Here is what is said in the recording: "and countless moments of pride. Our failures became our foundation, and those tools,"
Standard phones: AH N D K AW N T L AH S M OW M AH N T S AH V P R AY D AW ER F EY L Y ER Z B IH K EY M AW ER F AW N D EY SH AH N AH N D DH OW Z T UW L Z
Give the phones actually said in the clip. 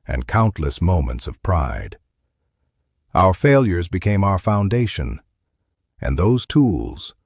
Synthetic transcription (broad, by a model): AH N K AW N T L AH S M OW M AH N T S AH V P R AY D AW ER F EY L Y ER Z B IH K EY M AW ER F AW N D EY SH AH N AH N DH OW Z T UW L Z